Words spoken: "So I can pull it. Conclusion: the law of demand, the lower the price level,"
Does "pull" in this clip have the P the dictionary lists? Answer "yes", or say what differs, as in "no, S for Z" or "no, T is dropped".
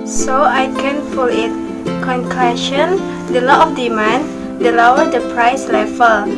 no, F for P